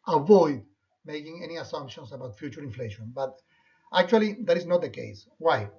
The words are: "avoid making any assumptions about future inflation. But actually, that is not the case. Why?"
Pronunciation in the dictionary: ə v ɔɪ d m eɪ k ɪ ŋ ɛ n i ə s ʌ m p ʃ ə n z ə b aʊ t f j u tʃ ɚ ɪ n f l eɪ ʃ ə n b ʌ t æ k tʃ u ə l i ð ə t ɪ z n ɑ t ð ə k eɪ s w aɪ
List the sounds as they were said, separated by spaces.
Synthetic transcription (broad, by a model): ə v ɔɪ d m eɪ k ɪ ŋ ɛ n i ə s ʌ m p ʃ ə n s ə b aʊ t f j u tʃ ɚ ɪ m f l eɪ ʃ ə n b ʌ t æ k tʃ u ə l i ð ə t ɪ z n ɑ t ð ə k eɪ s w aɪ